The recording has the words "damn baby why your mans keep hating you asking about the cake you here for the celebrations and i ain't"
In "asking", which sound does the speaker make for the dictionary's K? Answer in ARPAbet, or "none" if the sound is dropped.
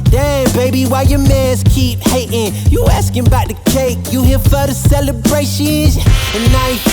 K